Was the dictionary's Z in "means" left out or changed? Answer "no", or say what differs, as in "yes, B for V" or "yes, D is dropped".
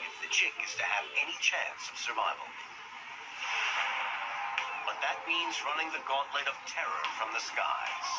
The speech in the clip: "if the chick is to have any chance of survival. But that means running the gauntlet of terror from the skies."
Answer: no